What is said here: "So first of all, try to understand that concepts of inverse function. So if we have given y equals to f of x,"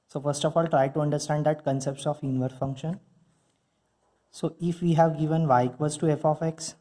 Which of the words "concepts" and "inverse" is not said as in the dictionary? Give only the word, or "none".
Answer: inverse